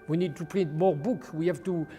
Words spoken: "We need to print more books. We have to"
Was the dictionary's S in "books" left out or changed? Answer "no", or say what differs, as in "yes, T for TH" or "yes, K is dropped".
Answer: yes, S is dropped